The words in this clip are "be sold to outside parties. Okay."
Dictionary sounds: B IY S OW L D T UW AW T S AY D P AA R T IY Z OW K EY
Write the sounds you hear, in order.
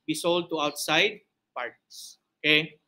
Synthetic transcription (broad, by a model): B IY S OW L D T UW AW T S AY D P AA R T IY S OW K EY